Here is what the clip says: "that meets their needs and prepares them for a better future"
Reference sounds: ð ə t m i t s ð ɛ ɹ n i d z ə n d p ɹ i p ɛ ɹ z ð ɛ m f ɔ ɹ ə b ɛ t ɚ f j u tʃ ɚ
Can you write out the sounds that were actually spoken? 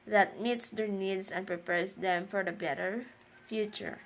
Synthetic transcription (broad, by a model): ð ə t m i t s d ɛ ɹ n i d s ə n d p ɹ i p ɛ ɹ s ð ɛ m f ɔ ɹ ə b ɛ t ɚ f j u tʃ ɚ